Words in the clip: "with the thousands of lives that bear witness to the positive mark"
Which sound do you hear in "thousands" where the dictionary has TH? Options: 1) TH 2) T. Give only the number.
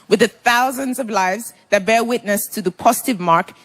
1